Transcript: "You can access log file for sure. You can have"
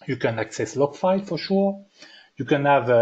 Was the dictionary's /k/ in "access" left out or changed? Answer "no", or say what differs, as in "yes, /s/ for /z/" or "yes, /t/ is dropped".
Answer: no